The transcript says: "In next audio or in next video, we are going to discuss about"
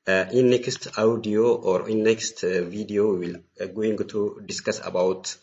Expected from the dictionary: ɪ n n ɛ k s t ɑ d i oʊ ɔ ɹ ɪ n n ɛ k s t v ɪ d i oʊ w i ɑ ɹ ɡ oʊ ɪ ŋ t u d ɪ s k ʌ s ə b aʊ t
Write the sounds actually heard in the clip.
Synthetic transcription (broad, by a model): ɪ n n ɛ k s t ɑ d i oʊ ɔ ɹ ɪ n n ɛ k s t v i d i oʊ w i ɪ l ɡ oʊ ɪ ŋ t u d ɪ s k ʌ s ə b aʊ t